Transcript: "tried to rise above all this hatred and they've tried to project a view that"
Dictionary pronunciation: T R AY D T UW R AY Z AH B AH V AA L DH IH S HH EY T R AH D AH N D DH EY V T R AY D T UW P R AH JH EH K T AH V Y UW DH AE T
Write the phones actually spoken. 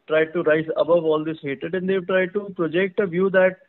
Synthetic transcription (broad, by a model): T R AY D T UW R AY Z AH B AH V AA L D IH S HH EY T AH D AH N D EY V T R AY D T UW P R AH JH EH K T AH V Y UW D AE T